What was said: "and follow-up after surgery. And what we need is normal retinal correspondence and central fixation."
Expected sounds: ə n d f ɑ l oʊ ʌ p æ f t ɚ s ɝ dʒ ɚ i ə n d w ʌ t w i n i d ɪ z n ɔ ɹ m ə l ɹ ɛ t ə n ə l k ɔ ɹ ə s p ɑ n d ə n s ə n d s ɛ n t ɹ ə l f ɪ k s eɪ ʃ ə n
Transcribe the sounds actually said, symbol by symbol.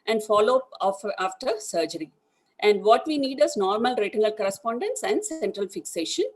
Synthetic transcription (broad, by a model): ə n d f ɑ l oʊ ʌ f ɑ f t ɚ s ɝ dʒ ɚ i ə n d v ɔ t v i n i d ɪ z n ɔ ɹ m ə l ɹ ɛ t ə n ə l k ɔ ɹ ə s p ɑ n d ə n s ə n d s ɛ n t ɹ ə l f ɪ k s eɪ ʃ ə n